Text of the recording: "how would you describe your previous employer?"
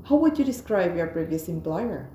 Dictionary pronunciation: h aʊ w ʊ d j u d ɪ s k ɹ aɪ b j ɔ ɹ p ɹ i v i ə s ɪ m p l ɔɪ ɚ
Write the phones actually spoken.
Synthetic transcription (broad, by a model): h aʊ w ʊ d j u d ɪ s k ɹ aɪ b j ɔ ɹ b ɹ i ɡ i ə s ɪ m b l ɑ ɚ